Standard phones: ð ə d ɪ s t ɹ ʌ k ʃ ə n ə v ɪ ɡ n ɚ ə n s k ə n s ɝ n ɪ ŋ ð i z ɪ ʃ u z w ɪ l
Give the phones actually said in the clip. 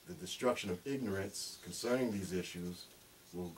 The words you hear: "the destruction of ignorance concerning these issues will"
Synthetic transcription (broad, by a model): ð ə d ɪ s t ɹ ʌ k ʃ ə n ə v ɪ ɡ n ɚ ə n s k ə n s ɝ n ɪ ŋ ð i z ɪ ʃ u z w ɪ l